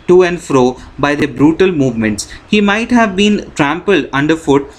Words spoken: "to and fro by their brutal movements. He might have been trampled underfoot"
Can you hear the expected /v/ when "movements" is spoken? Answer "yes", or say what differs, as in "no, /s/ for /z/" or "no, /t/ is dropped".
yes